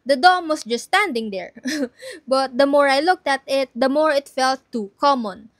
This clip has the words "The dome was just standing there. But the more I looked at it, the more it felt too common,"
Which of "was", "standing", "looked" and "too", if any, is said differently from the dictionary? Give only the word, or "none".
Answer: was